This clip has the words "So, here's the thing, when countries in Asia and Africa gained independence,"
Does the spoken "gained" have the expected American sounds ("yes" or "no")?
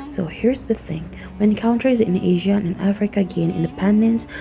no